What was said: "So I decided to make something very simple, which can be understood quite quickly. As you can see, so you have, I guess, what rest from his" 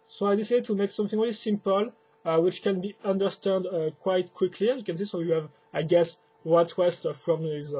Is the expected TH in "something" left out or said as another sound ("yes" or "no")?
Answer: no